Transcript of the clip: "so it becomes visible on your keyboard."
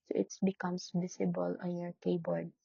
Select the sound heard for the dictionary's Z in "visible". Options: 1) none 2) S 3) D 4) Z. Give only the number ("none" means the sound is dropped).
2